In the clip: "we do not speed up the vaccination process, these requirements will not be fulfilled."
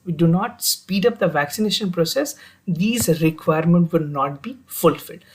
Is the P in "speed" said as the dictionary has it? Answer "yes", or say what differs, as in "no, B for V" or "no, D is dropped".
yes